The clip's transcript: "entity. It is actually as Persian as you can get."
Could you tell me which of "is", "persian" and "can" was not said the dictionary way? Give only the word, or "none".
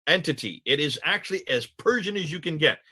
none